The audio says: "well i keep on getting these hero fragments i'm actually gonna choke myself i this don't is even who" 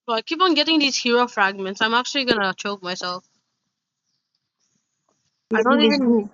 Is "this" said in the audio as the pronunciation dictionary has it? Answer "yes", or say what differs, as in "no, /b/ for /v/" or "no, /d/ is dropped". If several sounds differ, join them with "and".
no, /s/ is dropped